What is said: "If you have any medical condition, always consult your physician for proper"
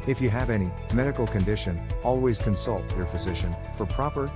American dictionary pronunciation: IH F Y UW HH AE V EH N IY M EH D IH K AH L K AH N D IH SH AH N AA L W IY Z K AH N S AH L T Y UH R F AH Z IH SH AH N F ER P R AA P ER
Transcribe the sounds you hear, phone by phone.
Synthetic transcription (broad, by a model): IH F Y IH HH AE V EH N IY M EH D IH K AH L K AH N D IH SH AH N AA L W IY Z K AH N S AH L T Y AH R F AH Z IH SH AH N F ER P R AA P ER